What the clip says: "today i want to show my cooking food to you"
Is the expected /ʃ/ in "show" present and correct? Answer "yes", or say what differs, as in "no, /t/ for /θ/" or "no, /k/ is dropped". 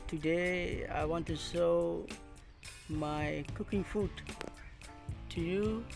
no, /s/ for /ʃ/